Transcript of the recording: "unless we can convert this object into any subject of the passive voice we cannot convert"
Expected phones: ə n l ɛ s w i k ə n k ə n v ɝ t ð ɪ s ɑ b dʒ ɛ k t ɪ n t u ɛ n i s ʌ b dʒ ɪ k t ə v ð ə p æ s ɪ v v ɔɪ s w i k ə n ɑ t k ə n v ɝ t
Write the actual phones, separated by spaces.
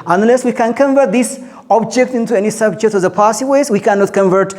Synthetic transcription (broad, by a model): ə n l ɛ s w i k ə n k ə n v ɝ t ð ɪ s ɑ b dʒ ɛ k t ɪ n t u ɛ n i s ʌ b dʒ ɪ k t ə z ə p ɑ s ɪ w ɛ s w i k ə n ɑ t k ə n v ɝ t